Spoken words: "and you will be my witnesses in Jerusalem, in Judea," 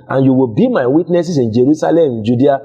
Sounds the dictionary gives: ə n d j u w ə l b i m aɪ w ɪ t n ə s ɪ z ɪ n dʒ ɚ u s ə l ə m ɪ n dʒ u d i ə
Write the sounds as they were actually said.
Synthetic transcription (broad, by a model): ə n j u w ə l b i m aɪ w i t n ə s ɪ s ɪ n dʒ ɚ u s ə l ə m ɪ n dʒ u d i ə